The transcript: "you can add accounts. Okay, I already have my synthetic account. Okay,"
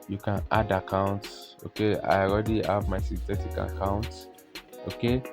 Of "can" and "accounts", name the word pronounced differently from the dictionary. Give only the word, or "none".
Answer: none